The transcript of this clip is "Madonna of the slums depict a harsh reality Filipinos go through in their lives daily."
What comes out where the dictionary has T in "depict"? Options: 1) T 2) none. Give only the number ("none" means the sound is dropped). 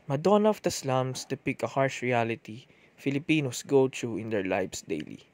2